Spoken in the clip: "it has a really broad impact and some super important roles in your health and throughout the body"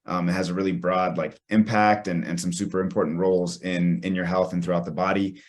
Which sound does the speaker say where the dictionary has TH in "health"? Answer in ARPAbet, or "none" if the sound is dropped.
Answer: TH